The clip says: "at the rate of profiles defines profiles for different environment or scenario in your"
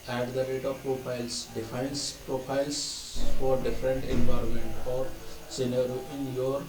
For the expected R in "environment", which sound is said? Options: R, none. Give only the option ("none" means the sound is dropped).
R